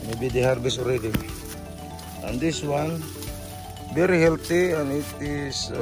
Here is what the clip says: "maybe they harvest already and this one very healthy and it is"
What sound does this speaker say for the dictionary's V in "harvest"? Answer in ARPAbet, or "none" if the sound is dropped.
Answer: B